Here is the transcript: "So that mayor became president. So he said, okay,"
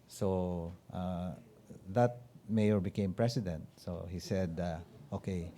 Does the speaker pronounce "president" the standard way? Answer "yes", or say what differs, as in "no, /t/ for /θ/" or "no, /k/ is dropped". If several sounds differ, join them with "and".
no, /s/ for /z/